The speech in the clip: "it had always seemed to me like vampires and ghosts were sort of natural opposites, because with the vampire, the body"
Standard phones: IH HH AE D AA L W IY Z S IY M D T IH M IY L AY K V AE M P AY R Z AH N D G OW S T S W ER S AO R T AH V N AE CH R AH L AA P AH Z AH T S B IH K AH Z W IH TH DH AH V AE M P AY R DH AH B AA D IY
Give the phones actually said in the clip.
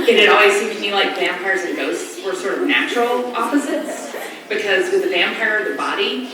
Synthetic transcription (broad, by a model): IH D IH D AA L W IY Z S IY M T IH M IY L AY K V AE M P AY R Z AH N G OW S T S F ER S AO R T AH V N AE CH R L AA P AH Z AH T S B IH K AH Z W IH DH AH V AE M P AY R DH AH B AA D IY